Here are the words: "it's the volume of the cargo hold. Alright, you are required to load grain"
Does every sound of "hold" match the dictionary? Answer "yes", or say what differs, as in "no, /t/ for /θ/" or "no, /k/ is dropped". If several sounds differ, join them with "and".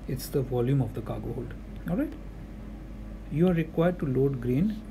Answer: yes